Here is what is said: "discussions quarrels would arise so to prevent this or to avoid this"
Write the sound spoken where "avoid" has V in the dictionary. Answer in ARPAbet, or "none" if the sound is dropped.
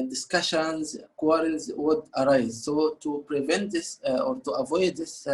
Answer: V